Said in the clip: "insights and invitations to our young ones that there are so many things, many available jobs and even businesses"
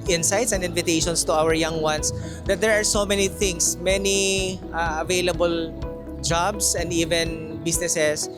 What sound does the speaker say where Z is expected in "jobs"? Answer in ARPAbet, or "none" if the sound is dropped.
S